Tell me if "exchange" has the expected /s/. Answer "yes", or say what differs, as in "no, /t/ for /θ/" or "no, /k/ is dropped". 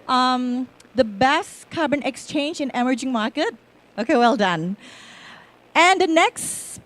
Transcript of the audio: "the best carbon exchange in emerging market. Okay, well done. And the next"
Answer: yes